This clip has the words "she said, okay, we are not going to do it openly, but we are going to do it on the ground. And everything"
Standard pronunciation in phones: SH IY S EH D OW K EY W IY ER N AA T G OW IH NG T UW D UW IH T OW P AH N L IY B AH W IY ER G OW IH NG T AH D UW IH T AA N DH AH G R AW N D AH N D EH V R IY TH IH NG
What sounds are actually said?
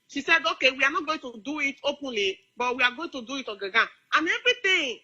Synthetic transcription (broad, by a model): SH IY S EH D OW K EY W IY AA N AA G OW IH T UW D UW IH T OW P AH N L IY B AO W IY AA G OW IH T AH D UW IH T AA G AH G AW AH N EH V R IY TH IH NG